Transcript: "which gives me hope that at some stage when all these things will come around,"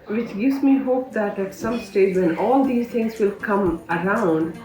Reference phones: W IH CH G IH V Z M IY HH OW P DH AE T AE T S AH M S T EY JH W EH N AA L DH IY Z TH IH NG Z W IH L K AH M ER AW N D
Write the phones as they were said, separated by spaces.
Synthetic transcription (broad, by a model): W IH CH G IH V Z M IY HH OW P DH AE T AE T S AH M S T EY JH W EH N AA L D IY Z T IH NG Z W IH L K AH M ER AW N D